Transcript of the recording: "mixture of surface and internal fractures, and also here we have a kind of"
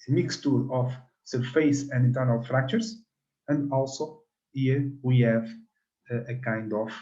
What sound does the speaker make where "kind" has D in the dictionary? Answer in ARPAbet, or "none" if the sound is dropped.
D